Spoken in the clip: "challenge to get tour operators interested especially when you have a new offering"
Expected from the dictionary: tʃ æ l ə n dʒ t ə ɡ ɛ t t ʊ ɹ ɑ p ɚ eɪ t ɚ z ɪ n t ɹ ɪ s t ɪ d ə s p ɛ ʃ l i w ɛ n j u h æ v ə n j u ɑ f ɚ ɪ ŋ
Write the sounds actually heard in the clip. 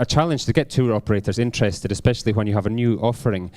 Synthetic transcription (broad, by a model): tʃ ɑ l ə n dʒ t ə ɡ ɛ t t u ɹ ɑ p ɚ eɪ t ɚ z ɪ n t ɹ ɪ s t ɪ d ə s p ɛ ʃ l i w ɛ n j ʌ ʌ v ə n j u ɑ f ɚ ɪ ŋ